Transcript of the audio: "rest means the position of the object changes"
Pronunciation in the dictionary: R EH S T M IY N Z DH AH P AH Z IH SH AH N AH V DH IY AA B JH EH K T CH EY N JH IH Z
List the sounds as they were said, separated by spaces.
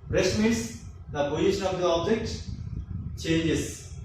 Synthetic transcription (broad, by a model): R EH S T M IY N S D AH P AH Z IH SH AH N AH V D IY AA B JH EH K T CH EY N JH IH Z